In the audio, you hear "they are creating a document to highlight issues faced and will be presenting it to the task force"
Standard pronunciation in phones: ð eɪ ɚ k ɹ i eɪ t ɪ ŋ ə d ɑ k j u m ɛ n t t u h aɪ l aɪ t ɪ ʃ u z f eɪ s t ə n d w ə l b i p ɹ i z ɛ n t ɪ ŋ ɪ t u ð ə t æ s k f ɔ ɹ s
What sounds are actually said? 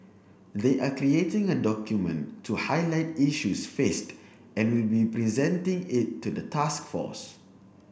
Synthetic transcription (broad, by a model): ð eɪ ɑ k ɹ i eɪ t ɪ ŋ ə d ɑ k j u m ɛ n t t u h aɪ l aɪ t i ʃ u s f eɪ s t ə n w ə l b i p ɹ i z ɛ n t ɪ ŋ ɪ t u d ə t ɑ s k f ɔ s